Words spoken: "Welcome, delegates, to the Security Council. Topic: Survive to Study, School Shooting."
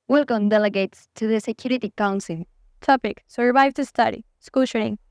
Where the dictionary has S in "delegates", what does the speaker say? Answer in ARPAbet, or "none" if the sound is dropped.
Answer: S